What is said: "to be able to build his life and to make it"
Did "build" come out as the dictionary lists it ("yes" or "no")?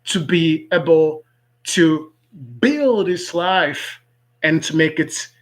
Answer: yes